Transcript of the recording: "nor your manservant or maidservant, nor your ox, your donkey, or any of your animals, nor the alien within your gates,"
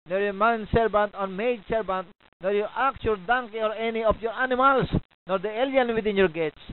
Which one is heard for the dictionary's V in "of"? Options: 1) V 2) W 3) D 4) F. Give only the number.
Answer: 4